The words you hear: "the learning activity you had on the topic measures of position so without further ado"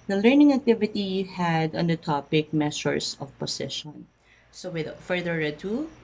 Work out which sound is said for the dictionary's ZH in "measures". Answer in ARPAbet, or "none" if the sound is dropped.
S